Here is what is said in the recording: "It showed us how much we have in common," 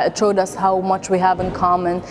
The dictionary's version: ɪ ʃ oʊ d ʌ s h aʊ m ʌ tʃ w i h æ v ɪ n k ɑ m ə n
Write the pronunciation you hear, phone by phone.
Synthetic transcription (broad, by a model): ʃ oʊ d ʌ s h aʊ m ʌ tʃ w i h æ v ɪ n k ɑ m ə n